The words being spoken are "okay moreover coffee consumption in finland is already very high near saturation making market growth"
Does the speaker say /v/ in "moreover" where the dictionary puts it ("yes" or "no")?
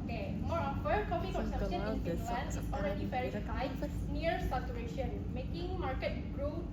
no